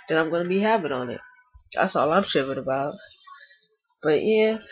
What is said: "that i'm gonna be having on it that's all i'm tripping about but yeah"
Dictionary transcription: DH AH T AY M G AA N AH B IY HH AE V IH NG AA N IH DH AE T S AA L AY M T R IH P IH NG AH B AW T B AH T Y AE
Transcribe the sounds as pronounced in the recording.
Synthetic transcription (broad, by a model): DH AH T AY M G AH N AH B IY HH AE P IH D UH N IH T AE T S AA L AY M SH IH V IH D AH B AW T B AH T Y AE